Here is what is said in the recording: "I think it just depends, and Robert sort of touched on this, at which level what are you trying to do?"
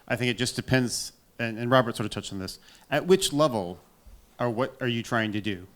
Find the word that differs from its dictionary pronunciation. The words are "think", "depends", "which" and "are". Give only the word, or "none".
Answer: none